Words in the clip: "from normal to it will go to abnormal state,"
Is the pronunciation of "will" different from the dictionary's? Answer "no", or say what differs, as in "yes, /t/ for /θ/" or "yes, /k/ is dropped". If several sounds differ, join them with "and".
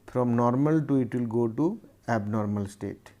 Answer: no